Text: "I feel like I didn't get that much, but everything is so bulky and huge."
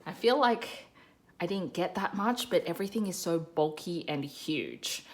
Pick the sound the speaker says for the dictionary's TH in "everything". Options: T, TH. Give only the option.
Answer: TH